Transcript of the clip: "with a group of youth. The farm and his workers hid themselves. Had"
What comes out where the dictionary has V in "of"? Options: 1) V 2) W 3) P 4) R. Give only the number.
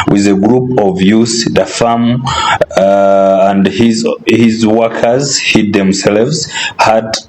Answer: 1